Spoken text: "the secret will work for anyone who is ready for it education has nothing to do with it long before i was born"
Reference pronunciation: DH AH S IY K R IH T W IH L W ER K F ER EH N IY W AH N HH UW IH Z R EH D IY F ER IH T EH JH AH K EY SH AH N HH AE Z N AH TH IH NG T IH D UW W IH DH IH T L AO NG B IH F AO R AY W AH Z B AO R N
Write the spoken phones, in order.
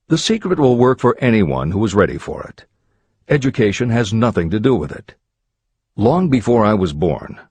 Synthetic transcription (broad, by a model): DH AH S IY K R IH T W IH L W ER K F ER EH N IY W AH N HH UW IH Z R EH D IY F ER IH T EH JH AH K EY SH AH N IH Z N AH TH IH NG T IH D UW W IH DH IH T L AO NG B IH F AO R AY W AH Z B AO R N